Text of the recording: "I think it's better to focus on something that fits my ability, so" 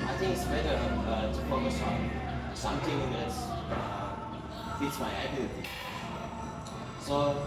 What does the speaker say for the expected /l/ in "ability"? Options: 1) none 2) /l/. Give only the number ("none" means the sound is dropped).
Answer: 1